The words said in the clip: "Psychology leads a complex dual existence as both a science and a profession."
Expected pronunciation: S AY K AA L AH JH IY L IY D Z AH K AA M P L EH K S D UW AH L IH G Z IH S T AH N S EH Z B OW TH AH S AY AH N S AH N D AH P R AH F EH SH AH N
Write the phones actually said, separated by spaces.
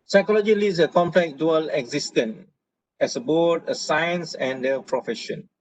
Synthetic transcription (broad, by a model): S AY K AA L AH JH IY L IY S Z AH K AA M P L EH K D UW AH L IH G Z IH S T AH N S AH B OW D AH S AY AH N S AH N D AH P R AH F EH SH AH N